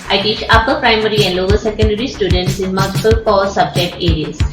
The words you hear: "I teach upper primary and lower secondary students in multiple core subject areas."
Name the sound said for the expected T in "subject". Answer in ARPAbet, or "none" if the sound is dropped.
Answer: T